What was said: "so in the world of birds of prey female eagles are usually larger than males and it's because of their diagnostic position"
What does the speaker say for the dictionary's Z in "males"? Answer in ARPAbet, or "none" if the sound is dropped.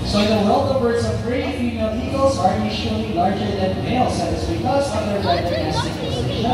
S